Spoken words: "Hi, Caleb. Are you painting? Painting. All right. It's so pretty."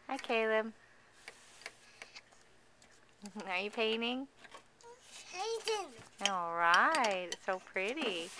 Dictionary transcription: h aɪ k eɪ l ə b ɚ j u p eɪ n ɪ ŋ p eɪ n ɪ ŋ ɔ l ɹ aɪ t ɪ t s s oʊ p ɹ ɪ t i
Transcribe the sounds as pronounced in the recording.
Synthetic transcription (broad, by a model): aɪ k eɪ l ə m ɚ j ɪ p eɪ n ɪ ŋ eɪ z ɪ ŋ ɔ l ɹ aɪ ɪ t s s oʊ p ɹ ɪ t i